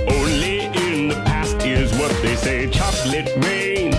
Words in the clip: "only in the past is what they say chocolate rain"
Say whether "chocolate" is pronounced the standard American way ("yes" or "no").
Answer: yes